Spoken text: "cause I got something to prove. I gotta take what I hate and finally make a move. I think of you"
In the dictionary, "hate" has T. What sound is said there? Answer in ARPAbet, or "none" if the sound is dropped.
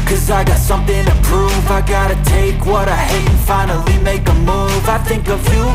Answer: none